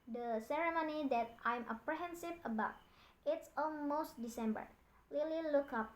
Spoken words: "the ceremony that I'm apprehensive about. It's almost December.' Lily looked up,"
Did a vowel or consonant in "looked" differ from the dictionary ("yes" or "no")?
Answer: yes